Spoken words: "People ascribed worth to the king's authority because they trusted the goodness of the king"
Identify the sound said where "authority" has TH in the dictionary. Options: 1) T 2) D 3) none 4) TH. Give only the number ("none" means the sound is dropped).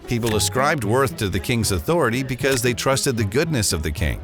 4